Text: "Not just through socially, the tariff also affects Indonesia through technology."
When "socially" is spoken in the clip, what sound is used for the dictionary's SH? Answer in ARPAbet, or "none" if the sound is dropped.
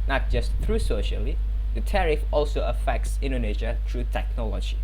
SH